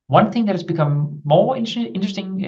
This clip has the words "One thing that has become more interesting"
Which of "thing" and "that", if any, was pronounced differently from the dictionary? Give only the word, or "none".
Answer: none